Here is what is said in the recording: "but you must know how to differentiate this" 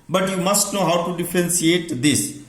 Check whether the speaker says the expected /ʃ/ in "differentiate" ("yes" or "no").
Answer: no